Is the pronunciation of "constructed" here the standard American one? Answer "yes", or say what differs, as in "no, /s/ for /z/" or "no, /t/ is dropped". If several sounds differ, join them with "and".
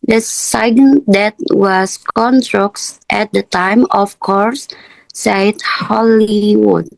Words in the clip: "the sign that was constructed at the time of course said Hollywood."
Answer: no, /s/ is dropped